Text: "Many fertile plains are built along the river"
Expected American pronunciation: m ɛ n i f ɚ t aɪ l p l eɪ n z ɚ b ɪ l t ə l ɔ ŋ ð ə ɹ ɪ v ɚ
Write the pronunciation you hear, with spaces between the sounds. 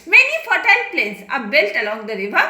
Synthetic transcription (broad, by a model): m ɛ n i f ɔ t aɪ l p l eɪ n s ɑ b ɪ l t ə l ɔ ŋ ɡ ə ɹ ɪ v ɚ